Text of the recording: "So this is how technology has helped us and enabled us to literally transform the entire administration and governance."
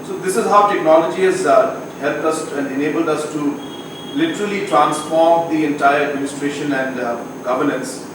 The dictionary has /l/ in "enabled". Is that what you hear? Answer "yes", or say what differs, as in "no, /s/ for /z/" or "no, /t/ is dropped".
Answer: yes